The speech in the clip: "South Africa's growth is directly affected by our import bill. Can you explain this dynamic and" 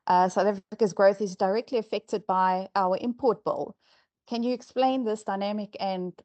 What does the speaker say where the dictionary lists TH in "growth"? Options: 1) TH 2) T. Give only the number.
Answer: 1